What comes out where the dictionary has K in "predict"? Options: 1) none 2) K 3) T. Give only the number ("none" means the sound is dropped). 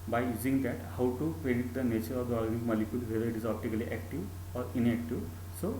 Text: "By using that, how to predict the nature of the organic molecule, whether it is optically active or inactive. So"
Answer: 1